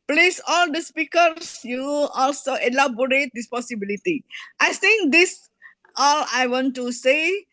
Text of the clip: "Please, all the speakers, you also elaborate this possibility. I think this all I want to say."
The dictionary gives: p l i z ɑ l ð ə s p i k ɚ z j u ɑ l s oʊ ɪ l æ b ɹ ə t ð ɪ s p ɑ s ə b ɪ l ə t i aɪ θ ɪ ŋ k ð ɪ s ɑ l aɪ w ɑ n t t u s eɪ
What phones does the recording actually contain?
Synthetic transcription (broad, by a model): p l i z ɑ l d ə s p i k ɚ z j u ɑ l s oʊ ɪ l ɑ b ɹ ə t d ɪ s p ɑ s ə b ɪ l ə t i aɪ s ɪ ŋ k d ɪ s ɑ l aɪ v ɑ n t t u s eɪ